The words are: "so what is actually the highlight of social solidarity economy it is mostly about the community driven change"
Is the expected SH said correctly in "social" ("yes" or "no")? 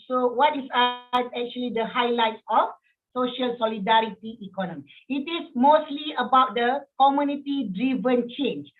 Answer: yes